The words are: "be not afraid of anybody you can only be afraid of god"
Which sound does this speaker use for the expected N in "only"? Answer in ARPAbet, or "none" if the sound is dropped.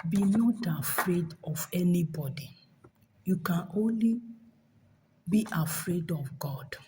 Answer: N